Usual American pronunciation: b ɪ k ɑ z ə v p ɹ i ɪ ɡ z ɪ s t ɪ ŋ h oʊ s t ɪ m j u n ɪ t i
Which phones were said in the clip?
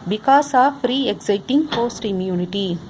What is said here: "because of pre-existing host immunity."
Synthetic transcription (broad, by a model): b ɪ k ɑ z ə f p ɹ i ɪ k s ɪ t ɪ ŋ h oʊ s t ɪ m j u n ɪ t i